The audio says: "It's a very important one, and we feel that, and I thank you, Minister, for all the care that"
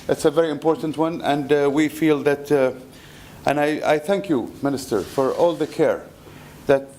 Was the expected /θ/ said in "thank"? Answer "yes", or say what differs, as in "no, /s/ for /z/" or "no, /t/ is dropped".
yes